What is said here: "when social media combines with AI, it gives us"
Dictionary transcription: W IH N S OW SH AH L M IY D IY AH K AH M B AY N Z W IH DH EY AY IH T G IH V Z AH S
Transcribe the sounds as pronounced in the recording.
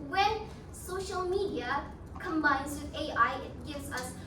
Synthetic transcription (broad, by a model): W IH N S OW SH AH L M IY D IY AH K AH M B AY N Z W IH DH EY AY IH T G IH V Z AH S